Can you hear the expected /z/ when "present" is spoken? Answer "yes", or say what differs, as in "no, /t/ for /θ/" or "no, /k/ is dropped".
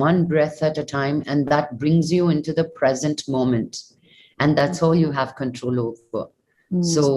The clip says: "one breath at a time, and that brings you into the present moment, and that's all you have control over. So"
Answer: yes